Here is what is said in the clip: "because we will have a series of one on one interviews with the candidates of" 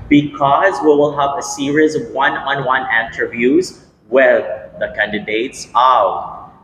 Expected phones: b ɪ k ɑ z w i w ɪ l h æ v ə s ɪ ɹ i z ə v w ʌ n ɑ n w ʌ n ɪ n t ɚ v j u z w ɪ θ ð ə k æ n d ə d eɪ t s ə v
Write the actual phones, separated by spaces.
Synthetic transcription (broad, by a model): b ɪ k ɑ z w i w ɪ l h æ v ə s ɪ ɹ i z ə v w ʌ n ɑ n w ʌ n ɪ n t ɚ v j u z w ɪ ð ə k æ n d ə d eɪ t s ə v